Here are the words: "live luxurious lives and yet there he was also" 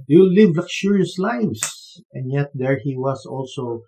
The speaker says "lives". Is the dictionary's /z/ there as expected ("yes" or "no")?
no